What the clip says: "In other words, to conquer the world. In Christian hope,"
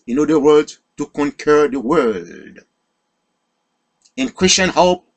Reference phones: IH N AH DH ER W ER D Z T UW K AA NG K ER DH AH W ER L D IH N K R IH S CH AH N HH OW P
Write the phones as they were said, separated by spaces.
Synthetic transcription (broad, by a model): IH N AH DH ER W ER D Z T UW K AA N K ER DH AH W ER D IH N K R IH S CH AH N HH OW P